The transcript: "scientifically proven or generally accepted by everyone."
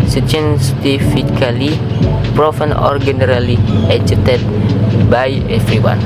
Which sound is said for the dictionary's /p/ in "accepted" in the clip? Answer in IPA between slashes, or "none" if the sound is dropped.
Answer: none